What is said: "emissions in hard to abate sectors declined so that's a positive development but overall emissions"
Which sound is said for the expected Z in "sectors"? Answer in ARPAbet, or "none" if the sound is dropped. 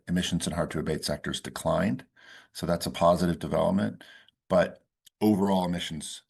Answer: Z